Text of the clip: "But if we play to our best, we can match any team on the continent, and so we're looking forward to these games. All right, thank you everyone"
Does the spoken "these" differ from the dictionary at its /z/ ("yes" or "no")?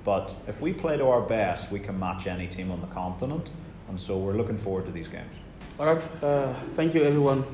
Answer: no